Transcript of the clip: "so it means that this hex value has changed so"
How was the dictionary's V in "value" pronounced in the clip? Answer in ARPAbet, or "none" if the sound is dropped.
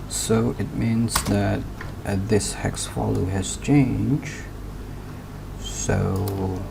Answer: F